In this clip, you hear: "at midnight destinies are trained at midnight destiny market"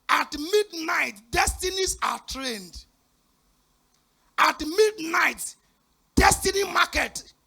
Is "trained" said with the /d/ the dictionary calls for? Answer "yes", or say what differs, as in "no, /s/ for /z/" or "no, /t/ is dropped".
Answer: yes